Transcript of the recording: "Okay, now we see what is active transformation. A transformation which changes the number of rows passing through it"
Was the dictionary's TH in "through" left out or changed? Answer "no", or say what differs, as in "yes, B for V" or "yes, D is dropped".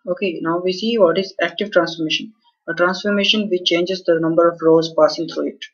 yes, T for TH